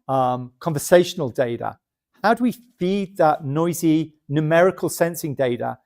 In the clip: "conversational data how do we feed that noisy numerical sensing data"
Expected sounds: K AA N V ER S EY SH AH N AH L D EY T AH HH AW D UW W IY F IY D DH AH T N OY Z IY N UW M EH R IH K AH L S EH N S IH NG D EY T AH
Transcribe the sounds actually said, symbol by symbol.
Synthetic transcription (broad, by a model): K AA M V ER S EY SH AH N AH L D EY T AH HH AW D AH W IY F IY D DH AH T N OY Z IY N UW M EH R IH K AH L S EH N S IH NG D EY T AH